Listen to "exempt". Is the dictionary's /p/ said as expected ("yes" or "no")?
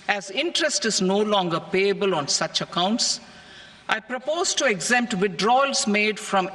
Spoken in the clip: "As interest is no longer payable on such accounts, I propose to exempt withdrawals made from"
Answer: yes